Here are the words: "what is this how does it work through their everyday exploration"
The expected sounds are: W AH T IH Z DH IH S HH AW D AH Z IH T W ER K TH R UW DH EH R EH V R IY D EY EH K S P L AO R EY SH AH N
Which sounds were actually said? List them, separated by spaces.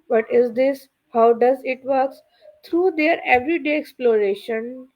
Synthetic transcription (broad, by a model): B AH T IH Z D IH S HH AW D AH Z IH T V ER K S R UW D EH R EH V R IY D EY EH K S P L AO R EY SH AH N